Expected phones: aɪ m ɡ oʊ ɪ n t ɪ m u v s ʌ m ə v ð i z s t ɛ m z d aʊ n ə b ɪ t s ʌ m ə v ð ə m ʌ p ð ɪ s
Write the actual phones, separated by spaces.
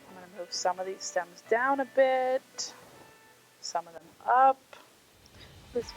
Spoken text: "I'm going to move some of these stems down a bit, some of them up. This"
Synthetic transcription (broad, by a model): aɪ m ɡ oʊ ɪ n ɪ m u v s ʌ m ə v ð i z s t ɛ m z d aʊ n ə b ɪ t s ʌ m ə v ð ə m ʌ p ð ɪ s